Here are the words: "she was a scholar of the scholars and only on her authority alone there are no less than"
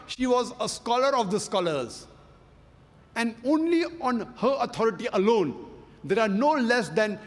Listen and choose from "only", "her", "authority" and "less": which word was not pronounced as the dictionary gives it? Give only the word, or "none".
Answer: authority